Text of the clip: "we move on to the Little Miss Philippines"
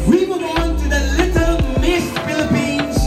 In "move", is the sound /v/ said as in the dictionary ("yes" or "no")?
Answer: no